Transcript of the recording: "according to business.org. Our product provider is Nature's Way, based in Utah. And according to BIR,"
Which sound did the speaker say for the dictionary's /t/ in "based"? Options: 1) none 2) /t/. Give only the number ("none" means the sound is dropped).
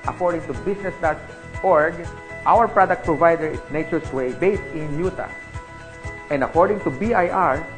2